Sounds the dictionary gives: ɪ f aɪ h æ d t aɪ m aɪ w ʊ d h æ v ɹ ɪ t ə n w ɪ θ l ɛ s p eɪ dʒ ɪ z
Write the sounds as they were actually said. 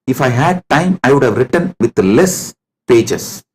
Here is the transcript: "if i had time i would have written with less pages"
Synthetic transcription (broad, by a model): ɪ f aɪ h æ d t aɪ m aɪ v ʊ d h æ v ɹ ɪ t ə n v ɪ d l ɛ s p eɪ dʒ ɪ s